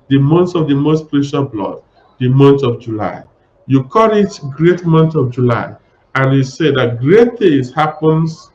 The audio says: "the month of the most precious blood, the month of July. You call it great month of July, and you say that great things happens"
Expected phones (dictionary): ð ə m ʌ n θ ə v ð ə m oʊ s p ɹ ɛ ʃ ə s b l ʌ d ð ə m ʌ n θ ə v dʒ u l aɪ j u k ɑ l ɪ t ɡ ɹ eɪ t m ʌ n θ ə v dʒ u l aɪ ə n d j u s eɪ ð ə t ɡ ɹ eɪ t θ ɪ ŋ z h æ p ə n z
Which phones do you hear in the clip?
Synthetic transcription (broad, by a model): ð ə m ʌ n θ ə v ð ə m oʊ s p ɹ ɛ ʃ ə b l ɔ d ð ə m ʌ n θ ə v dʒ u l aɪ j u k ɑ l ɪ t ɡ ɹ eɪ t m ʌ n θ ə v dʒ u l aɪ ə n j u s eɪ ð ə t ɡ ɹ eɪ t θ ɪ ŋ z h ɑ p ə n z